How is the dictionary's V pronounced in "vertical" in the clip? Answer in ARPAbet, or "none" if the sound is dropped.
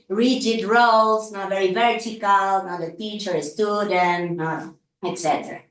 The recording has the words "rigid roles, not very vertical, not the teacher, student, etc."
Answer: V